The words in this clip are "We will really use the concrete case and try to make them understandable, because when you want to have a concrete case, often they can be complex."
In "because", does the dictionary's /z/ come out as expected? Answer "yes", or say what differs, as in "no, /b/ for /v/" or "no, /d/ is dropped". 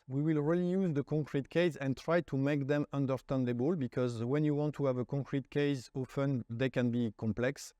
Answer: yes